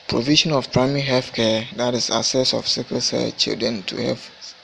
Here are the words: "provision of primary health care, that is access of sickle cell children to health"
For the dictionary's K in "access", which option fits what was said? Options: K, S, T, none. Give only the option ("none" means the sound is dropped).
none